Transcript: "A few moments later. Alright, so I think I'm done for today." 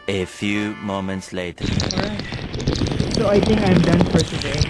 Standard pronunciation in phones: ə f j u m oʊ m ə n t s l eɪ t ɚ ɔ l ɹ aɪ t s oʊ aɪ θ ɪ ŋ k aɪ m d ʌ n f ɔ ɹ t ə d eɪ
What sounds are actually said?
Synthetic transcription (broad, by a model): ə f j u m oʊ m ə n t s l eɪ t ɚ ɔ ɹ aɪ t s oʊ aɪ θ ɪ ŋ k aɪ m d ʌ n f ɔ ɹ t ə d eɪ